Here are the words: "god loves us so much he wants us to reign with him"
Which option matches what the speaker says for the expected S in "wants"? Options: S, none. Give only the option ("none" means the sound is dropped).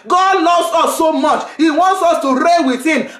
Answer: S